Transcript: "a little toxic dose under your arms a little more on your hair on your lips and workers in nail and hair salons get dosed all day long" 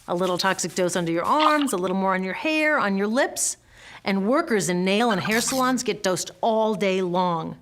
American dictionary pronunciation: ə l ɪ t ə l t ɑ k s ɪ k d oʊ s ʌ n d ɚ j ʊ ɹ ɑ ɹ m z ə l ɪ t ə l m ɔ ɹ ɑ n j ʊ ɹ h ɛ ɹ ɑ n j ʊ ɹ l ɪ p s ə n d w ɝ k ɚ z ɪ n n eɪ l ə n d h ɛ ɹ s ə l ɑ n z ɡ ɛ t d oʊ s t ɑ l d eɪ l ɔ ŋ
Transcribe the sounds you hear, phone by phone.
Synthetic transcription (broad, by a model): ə l ɪ t l t ɑ k s ɪ k d oʊ s ʌ n d ɚ j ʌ ɹ ɑ ɹ m z ə l ɪ t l m ɔ ɹ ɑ n j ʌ ɹ h ɛ ɹ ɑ n j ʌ ɹ l ɪ p s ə n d w ɝ k ɚ z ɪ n n eɪ l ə n h ɛ ɹ s ə l ɑ n z ɡ ɛ t d oʊ s t ɑ l d eɪ l ɔ ŋ